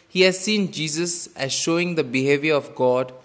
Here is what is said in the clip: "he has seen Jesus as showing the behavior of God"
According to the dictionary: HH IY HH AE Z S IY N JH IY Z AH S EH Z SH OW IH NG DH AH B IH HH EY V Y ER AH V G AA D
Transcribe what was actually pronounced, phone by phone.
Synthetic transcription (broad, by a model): HH IY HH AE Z S IY N JH IY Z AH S EH Z SH OW IH NG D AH B IH HH EY V Y ER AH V G AA D